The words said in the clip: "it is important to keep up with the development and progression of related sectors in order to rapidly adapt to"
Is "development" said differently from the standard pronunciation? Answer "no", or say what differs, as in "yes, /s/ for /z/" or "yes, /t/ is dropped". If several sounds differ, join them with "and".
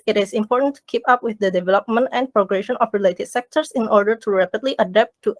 no